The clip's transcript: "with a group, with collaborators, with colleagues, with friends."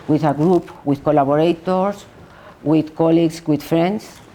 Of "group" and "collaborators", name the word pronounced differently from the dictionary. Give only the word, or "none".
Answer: collaborators